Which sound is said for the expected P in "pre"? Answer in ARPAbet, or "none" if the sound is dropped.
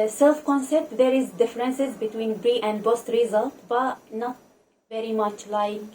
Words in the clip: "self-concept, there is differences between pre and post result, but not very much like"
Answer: B